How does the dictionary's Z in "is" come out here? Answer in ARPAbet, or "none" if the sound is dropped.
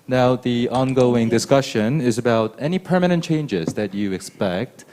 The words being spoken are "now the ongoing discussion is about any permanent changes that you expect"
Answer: Z